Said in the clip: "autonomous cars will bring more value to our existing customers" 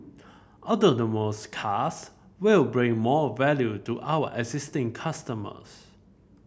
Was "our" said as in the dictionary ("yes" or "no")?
no